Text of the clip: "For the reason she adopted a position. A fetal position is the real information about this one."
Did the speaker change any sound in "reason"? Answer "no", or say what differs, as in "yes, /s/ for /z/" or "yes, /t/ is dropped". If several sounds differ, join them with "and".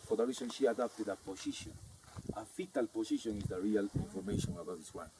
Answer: yes, /s/ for /z/